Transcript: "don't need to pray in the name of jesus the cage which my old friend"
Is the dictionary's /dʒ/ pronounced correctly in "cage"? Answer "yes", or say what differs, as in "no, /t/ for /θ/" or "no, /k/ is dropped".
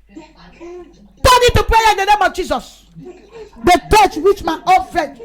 no, /tʃ/ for /dʒ/